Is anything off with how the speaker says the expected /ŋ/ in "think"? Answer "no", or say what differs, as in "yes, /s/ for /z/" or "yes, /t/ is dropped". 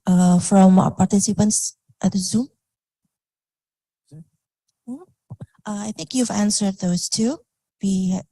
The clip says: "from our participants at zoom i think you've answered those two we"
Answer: no